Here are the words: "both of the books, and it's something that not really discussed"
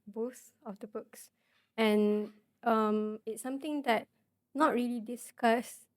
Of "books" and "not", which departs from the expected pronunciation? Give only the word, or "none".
none